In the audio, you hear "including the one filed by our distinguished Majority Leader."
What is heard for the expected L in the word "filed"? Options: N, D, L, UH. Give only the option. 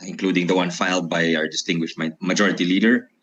L